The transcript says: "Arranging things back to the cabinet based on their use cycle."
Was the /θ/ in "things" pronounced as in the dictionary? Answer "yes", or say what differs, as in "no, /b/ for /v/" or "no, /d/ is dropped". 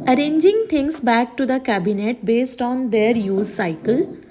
no, /t/ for /θ/